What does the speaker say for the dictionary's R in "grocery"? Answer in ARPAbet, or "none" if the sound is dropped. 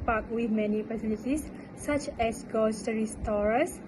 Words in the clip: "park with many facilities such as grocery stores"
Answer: none